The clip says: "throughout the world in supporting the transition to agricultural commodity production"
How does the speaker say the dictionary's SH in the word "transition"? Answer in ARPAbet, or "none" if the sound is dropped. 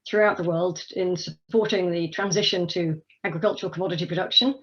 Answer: SH